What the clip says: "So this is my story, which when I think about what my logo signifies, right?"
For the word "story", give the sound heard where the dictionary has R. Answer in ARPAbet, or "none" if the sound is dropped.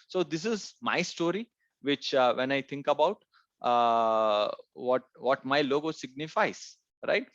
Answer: R